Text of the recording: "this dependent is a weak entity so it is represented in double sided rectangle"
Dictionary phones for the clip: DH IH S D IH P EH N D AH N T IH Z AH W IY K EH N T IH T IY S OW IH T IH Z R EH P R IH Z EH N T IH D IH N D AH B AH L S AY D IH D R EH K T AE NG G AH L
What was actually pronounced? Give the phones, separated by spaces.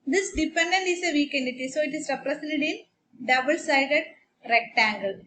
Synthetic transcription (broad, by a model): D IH S D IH P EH N D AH N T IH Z AH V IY K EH N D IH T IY S OW IH T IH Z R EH P R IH S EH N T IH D IH N D AH B AH L S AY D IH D R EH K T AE NG G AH L